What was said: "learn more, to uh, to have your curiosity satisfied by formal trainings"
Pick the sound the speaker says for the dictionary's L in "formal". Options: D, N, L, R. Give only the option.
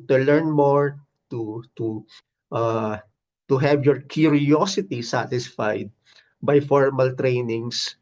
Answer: L